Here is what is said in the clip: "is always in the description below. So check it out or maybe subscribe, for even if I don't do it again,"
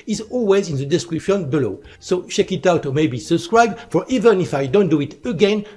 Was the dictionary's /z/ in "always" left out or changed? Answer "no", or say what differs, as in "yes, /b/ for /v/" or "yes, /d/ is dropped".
no